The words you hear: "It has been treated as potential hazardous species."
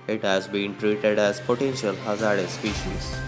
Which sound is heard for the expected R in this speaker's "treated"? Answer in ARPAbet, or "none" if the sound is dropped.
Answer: R